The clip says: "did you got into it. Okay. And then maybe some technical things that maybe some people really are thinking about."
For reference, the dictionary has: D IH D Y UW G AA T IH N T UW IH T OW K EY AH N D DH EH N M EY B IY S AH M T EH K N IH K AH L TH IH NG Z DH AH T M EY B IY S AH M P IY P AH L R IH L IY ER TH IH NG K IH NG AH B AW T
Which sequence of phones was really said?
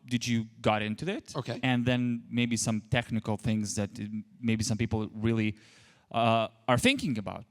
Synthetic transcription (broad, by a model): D IH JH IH G AA T IH N T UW IH T OW K EY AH N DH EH N M EY B IY S AH M T EH K N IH K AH L TH IH NG Z DH AH T M EY B IY S AH M P IY P L R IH L IY ER TH IH NG K IH NG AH B AW T